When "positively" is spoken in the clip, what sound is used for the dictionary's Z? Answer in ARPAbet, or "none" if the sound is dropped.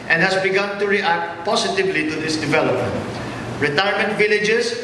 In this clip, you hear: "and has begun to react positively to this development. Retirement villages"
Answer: S